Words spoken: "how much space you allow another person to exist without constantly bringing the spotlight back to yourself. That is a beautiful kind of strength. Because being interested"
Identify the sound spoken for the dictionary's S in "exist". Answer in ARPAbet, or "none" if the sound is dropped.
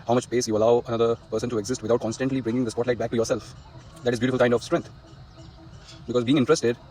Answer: S